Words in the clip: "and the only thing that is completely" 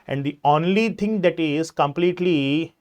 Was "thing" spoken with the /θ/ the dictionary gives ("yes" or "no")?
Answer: no